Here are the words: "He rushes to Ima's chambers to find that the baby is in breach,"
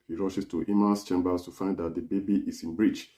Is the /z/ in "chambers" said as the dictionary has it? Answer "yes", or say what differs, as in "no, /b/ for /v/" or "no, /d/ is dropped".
no, /s/ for /z/